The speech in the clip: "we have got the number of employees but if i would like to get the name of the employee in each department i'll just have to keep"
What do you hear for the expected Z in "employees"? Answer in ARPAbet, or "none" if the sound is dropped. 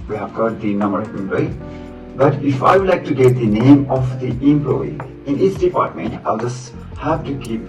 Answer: none